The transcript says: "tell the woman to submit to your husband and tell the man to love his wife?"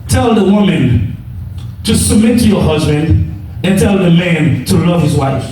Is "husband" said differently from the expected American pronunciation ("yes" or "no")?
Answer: no